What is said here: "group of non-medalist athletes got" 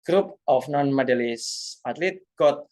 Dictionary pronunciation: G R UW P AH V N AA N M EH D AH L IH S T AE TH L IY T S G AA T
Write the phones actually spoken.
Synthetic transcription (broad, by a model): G R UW P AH F N AA N M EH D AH L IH S AA T L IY T G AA T